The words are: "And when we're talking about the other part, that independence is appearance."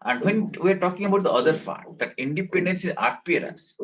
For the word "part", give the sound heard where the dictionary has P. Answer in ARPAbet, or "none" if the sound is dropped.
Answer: F